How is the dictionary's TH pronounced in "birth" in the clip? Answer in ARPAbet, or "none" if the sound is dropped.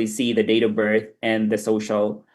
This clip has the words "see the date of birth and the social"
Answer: TH